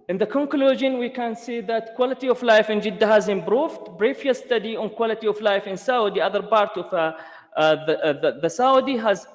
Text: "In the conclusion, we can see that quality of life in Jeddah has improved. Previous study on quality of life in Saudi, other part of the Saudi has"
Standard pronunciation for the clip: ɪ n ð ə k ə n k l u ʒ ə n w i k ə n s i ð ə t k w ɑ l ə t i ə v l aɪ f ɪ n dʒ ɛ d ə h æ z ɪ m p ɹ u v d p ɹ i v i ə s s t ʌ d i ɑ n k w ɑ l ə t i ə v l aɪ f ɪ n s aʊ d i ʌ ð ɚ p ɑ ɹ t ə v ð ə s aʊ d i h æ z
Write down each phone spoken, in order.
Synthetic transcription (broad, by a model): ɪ n ð ə k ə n k l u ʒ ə n w i k ə n s i ð ə t k w ɑ l ə t i ə v l aɪ f ɪ n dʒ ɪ d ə h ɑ z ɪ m b ɹ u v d b ɹ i f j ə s s t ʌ d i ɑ n k w ɑ l ə t i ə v l aɪ f ɪ n s aʊ d i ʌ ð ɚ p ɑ ɹ t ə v ð ə s aʊ d i h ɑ z